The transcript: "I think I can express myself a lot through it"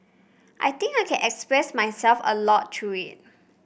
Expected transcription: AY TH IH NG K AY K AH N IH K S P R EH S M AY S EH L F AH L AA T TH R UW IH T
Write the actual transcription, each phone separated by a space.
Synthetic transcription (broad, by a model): AY T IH NG K AY K AH N IH K S P R EH S M AY S EH L F AH L AA T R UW IH T